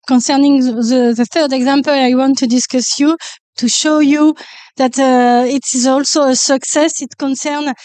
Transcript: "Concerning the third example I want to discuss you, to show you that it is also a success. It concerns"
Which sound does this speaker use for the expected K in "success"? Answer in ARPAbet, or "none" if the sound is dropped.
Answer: K